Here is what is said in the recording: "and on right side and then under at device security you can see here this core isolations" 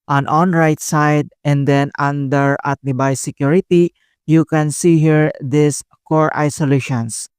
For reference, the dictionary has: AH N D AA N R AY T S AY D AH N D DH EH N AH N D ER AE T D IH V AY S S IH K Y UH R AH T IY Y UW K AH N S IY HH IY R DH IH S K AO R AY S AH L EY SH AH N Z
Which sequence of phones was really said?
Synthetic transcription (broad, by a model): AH N AA N R AY T S AY D AH N D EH N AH N D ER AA T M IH B AY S S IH K Y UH R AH T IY Y UW K AH N S IY HH IY R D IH S K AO R AY S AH L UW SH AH N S